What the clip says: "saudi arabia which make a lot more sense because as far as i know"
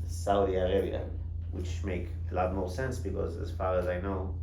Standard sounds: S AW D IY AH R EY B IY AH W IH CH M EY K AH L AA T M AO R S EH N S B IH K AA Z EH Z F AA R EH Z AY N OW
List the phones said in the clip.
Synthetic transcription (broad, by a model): S AW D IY AH R EY B IY AH W IH CH M EY K AH L AA T M AO R S EH N S B IH K AA Z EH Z F AA R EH Z AY N OW